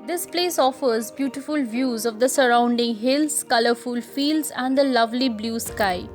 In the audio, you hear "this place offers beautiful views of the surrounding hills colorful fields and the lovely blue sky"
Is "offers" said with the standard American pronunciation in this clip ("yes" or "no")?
yes